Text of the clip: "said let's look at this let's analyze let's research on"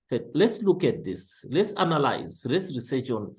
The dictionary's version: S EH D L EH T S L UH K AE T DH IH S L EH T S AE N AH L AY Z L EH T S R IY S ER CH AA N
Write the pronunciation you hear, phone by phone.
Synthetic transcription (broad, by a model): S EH L EH T S L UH K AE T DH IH S L EH T S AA N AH L AY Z L EH T S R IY S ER SH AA N